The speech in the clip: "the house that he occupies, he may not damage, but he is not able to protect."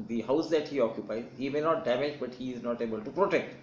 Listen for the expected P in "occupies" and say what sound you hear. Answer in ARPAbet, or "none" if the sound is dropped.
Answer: P